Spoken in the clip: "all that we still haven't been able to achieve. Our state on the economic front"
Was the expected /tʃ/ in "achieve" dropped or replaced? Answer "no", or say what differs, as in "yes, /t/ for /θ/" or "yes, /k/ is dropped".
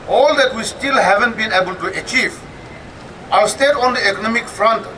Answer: no